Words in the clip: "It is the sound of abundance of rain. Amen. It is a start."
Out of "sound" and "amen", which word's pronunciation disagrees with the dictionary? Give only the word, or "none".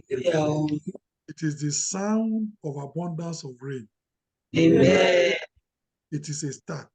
amen